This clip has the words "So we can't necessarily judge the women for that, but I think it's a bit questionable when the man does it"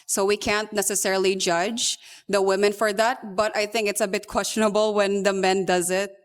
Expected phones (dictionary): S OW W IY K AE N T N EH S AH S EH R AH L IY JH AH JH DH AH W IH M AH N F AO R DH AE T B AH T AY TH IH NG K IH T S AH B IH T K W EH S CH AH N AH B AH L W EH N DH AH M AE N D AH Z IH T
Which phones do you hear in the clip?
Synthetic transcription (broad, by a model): S OW W IY K AE N T N EH S AH S EH R AH L IY JH AH JH DH AH W IH M AH N F AO R DH AE T B AH T AY TH IH NG K IH T S AH B IH T K W EH S CH AH N AH B AH L W EH N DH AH M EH N D AH Z IH T